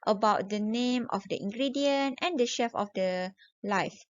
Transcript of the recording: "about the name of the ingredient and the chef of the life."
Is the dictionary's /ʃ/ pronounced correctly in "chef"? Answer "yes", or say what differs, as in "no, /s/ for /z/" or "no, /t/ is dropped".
yes